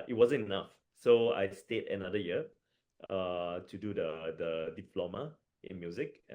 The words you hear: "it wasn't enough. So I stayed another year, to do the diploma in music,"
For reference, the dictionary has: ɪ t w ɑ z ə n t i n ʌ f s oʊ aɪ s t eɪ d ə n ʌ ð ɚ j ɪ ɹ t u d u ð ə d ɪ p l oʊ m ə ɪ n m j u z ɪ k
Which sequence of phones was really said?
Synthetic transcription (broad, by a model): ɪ t w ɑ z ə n i n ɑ f s oʊ aɪ s t eɪ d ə n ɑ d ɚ j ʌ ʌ t u d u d ə d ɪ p l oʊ m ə ɪ n m j u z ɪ k